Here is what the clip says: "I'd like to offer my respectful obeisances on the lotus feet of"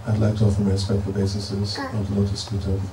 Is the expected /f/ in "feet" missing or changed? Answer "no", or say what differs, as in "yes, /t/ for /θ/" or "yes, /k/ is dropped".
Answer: yes, /p/ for /f/